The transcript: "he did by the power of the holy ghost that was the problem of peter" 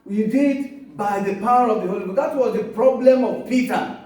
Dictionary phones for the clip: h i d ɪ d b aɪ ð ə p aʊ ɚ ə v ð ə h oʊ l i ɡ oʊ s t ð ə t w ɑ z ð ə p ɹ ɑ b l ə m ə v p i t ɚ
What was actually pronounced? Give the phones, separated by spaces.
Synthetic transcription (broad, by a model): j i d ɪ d b aɪ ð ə p aʊ ɚ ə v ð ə h oʊ l i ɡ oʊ t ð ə t w ɑ z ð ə p ɹ ɑ b l ə m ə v p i t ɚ